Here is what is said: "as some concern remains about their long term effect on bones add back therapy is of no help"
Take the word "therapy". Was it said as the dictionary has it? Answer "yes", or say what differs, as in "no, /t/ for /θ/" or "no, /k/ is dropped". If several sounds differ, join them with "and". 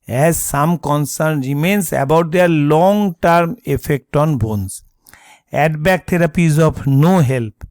no, /t/ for /θ/